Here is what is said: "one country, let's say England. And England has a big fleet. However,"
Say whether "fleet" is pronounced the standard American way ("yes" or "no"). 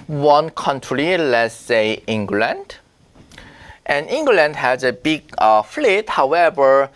yes